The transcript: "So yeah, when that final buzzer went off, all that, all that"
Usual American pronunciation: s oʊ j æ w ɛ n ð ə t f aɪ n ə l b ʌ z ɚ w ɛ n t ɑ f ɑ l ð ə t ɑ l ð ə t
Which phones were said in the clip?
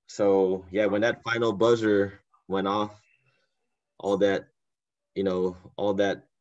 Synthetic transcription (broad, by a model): s oʊ j æ w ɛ n ð ə t f aɪ n l b ʌ z ɚ w ɛ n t ɑ f ɑ l ð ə t ɑ l ð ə t